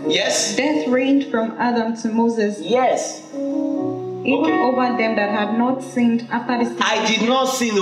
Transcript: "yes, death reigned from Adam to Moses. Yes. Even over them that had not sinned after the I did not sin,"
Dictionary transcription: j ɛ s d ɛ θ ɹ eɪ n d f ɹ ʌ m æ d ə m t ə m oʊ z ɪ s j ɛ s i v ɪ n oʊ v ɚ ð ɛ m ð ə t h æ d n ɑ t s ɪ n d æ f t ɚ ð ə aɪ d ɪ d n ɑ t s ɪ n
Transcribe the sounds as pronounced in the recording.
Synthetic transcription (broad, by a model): j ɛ s d ɛ θ ɹ eɪ n d f ɹ ʌ m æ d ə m t ə m oʊ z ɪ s j ɛ s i ɪ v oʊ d ð ɛ m ð ə t h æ d n ɑ t s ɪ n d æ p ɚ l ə aɪ d ɪ d n ɑ t s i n